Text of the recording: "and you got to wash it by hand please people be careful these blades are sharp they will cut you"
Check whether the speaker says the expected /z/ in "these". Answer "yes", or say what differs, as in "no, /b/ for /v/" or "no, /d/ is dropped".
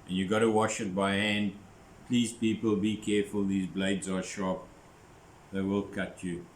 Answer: yes